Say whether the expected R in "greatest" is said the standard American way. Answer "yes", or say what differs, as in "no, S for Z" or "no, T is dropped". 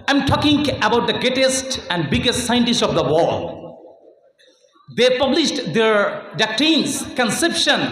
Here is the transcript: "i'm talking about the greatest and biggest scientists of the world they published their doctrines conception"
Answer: no, R is dropped